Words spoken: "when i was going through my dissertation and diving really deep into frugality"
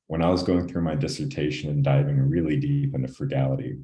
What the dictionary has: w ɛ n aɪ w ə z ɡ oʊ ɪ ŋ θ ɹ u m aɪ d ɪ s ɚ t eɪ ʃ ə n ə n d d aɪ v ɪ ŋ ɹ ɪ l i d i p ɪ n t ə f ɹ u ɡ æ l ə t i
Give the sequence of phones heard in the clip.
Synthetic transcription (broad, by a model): w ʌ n aɪ w ə z ɡ oʊ ɪ ŋ θ ɹ u m aɪ d ɪ s ɚ t eɪ ʃ ə n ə n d d aɪ v ɪ ŋ ɹ ɪ l i d i p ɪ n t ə f ɹ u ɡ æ l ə t i